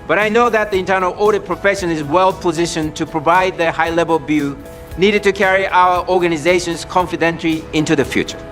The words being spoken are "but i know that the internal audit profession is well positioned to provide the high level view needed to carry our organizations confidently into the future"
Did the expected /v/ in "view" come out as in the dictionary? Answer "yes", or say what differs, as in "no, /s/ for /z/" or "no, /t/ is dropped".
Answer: no, /b/ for /v/